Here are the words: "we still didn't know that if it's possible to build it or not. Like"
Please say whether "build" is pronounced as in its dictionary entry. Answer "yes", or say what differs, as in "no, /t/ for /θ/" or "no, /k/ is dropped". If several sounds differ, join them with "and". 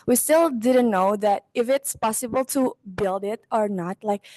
yes